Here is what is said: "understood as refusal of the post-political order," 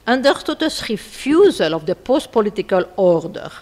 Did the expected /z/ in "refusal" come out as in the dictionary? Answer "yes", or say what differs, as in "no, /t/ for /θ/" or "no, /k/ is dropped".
yes